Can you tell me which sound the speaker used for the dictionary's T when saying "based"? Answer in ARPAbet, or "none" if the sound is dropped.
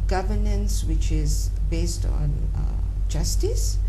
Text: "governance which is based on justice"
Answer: T